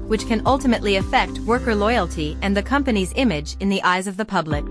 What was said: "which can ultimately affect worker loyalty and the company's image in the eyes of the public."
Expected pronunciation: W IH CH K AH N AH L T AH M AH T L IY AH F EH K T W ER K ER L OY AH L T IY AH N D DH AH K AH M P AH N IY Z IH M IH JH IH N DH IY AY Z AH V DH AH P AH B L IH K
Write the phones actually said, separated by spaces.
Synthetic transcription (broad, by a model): W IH CH K AH N AH L T AH M AH T L IY AH F EH K T W ER K ER L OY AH L T IY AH N DH AH K AH M P AH N IY Z IH M IH JH IH N DH IY AY Z AH V DH AH P AH B L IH K